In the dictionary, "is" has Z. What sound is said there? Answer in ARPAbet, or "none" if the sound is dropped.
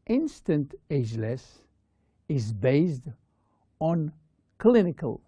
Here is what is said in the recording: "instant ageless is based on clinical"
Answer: Z